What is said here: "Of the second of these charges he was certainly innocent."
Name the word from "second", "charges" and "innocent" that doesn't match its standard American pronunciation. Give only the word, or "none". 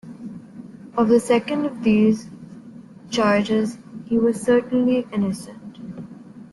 none